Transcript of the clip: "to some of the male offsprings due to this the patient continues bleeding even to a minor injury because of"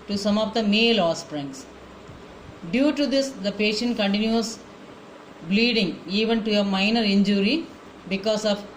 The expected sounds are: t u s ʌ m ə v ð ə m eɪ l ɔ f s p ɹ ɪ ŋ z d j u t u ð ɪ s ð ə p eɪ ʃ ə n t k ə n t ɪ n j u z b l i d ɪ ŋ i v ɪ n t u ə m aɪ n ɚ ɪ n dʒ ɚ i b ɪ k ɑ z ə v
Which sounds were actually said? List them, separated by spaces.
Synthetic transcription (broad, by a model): t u s ʌ m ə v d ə m eɪ l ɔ s p ɹ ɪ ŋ s d j u t u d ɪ s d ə p eɪ ʃ ə n t k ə n t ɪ n j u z b l i d ɪ ŋ i v ɪ n t u ə m aɪ n ɚ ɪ n dʒ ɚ i b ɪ k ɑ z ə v